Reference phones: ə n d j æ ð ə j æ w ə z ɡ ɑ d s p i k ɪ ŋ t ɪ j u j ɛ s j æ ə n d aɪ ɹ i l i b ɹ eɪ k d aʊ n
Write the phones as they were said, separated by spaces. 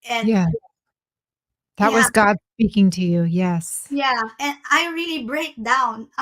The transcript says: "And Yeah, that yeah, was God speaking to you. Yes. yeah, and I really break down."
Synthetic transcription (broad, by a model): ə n j æ ð ə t w ə z ɡ ɑ d s p i k ɪ ŋ t ɪ j u j ɛ s j æ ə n aɪ ɹ i l i b ɹ eɪ k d aʊ n